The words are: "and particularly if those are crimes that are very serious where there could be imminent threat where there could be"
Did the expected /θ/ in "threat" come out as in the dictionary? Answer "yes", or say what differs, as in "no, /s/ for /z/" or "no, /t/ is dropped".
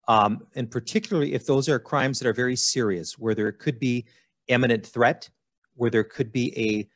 yes